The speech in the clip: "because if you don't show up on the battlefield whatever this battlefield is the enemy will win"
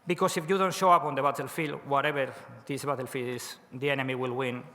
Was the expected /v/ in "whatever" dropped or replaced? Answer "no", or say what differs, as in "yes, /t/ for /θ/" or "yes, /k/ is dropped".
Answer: yes, /b/ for /v/